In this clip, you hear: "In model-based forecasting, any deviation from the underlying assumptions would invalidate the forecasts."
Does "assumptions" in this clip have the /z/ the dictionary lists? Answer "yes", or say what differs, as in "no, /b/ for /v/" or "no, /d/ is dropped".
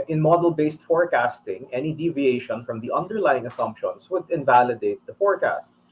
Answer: no, /s/ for /z/